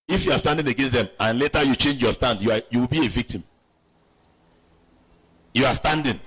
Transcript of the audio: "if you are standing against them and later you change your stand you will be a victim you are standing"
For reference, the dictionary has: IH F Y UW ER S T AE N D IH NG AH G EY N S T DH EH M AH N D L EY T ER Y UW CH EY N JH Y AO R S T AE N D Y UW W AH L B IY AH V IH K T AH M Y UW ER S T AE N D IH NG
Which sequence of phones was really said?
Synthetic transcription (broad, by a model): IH F Y UW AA S T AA N D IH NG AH G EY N S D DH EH M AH N L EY T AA Y UW CH EY N JH Y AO S T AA N D Y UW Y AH W B IY AH V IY K T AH M Y UW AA S T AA N D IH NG